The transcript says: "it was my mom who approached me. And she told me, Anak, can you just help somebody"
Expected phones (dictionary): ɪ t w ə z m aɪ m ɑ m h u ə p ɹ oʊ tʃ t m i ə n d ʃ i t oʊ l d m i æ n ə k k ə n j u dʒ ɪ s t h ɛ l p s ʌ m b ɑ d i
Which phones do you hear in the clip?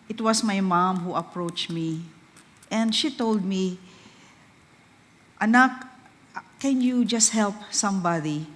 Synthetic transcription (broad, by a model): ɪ t w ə s m aɪ m ɑ m h u ə p ɹ oʊ tʃ t m i ə n d ʃ i t oʊ l d m i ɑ n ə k k ə n j u dʒ ɪ s t h ɛ l p s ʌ m b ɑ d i